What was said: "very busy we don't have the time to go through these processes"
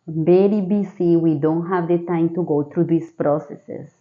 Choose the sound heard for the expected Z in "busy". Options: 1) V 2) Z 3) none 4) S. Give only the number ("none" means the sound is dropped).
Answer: 4